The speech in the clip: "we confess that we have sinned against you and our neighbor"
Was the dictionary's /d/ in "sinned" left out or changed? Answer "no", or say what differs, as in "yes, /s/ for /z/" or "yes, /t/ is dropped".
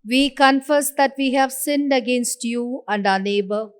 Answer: no